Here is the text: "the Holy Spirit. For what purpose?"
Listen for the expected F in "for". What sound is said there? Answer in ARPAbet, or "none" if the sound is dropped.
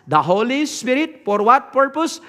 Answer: P